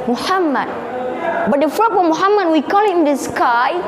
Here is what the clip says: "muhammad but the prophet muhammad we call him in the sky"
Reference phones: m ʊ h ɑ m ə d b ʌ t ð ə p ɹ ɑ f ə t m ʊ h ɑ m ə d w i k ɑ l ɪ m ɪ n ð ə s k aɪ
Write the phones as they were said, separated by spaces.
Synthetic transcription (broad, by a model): m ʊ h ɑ m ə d b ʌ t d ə f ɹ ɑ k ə m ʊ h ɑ m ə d w i k ɑ l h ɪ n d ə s k aɪ